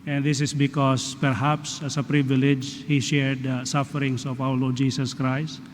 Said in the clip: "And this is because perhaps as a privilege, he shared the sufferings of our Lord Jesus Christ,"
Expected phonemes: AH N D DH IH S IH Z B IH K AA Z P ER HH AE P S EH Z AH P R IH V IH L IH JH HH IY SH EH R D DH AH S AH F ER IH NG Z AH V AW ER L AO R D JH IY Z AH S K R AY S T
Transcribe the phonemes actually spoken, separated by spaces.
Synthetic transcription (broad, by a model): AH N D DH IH S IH S B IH K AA S P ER HH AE P S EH S AH P R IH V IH L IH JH HH IY SH EH R D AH S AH F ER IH NG S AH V AW ER L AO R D JH IY S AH S K R AY S T